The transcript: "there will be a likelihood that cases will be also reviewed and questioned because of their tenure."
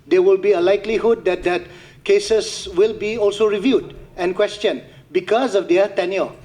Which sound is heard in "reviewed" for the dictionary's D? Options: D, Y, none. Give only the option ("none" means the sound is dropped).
D